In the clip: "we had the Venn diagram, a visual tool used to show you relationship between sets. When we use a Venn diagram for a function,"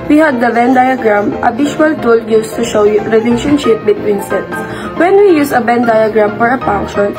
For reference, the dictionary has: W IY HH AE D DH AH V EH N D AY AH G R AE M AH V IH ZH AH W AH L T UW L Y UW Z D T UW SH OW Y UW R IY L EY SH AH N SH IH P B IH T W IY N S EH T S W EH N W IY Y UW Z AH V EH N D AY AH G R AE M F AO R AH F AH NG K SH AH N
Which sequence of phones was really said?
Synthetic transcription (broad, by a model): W IY HH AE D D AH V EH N D AY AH G R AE M AH B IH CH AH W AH L T UW L Y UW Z T UW SH OW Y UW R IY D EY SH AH N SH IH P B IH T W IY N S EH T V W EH N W IY Y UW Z AH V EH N D AY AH G R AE M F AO R AH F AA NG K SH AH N